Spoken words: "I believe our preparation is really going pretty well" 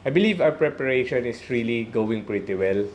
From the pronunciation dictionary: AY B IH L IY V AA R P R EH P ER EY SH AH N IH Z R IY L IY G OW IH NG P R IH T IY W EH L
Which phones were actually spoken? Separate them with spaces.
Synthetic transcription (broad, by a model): AY B IH L IY V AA W P R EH P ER EY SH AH N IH S R IY L IY G OW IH NG P R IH T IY W EH L